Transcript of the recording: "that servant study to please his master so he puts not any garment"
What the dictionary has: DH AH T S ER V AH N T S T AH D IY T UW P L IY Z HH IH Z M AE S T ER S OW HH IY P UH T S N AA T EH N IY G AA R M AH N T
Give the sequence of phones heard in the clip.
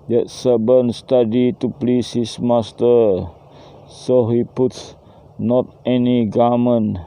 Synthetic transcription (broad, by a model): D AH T S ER B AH N S T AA D IY T UW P L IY S HH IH S M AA S T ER S OW HH IY P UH T S N AA T EH N IY G AA M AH N